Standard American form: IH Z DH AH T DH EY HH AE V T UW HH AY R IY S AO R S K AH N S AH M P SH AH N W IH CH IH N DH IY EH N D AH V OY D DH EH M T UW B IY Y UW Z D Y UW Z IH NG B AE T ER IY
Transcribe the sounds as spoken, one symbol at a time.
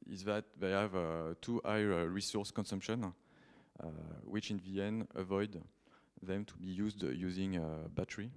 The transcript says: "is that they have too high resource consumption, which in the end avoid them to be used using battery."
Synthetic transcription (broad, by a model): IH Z DH AH T DH EY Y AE V T UW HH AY R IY S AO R S K AH N S AH M P SH AH N W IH CH IH N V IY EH N AH V OY D DH EH M T UW B IY Y UW Z D Y UW Z IH NG B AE T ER IY